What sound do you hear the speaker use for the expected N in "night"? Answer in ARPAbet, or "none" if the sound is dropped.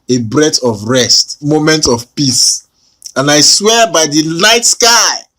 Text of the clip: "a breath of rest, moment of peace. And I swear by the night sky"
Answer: L